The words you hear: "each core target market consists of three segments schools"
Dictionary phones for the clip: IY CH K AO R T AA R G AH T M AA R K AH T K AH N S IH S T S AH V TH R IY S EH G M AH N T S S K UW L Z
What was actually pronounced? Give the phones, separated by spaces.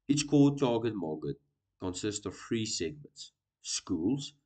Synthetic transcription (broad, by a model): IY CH K AO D T AA G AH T M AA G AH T K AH N S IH S T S AH V F R IY S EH G M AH N T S S K UW L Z